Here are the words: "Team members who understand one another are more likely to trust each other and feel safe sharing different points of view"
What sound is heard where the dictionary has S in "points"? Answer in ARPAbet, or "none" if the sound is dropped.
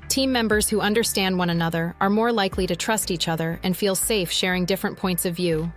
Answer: S